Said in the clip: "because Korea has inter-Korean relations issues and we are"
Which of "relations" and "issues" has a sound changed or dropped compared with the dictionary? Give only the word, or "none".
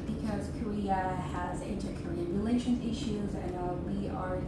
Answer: relations